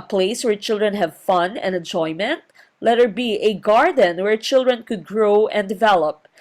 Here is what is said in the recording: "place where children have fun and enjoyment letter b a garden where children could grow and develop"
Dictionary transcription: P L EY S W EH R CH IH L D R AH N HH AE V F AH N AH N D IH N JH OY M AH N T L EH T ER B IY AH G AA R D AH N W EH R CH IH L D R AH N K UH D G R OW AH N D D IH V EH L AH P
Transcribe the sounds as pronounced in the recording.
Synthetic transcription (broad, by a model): P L EY S W EH R CH IH L D R AH N HH AE V F AH N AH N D IH N JH OY M AH N T L EH T ER B IY AH G AA R D AH N W EH R CH IH L D R AH N K UH D G R OW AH N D D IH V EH L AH P